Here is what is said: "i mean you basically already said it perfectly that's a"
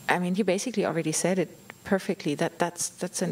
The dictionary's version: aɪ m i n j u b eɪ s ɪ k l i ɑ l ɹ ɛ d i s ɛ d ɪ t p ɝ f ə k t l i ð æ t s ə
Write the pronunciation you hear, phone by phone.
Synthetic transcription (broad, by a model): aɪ m i n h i b eɪ s ɪ k l i ɑ l ɹ ɛ d i s ɛ d ɪ t p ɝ f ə k t l i ð æ t s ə